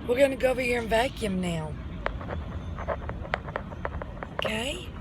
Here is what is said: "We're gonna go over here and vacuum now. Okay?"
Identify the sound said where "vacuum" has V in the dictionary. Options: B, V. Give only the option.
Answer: V